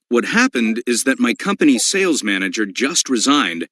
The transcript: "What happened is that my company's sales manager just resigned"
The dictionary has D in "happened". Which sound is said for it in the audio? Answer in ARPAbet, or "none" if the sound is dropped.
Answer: D